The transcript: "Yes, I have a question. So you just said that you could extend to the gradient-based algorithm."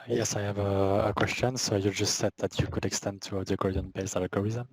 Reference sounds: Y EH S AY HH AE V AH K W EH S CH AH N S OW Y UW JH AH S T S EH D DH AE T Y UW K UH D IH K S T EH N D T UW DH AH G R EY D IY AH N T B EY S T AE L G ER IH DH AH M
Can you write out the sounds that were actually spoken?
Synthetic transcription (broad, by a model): Y EH S AY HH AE V AH K W EH S CH AH N S OW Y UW JH AH S T S EH D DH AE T Y UW K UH D IH K S T EH N D T UW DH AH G AO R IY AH N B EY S AE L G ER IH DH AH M